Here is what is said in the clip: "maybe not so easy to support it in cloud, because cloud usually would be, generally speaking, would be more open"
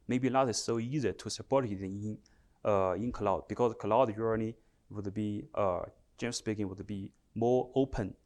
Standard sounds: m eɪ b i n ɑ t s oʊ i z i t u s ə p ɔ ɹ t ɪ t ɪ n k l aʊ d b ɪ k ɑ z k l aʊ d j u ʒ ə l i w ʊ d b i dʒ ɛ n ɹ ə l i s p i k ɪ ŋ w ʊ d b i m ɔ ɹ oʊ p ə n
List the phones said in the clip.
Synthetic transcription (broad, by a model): m eɪ b i l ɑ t s oʊ i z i t u s ə p ɔ ɹ t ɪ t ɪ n k l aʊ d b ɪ k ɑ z k l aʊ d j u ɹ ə n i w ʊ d b i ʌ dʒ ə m s p i k ɪ ŋ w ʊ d b i m ɔ ɹ oʊ p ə n